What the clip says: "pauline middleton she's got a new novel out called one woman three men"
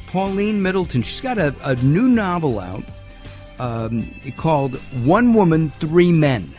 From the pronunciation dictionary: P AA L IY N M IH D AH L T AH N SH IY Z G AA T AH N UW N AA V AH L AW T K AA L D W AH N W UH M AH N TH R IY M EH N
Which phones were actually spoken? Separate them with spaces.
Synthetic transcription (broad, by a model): P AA L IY N M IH D L T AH N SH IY S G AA T AH N UW N AA V L AW T K AA L D W AH N W UH M AH N TH R IY M EH N